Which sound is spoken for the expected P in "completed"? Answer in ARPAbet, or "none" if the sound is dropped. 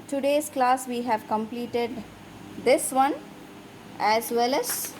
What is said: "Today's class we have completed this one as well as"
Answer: P